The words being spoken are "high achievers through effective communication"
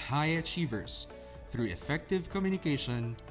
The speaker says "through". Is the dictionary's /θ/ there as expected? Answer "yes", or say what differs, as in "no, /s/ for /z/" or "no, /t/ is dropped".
yes